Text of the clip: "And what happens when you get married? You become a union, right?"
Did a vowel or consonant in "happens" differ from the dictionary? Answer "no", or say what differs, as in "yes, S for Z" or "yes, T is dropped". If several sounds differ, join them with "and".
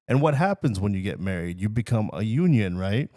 no